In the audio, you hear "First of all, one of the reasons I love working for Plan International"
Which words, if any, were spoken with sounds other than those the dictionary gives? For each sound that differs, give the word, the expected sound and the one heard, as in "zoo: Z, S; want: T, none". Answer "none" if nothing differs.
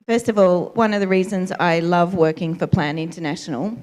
none